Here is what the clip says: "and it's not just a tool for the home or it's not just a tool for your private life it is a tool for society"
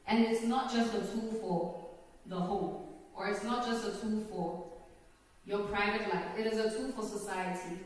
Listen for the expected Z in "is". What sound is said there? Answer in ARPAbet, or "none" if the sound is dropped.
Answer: Z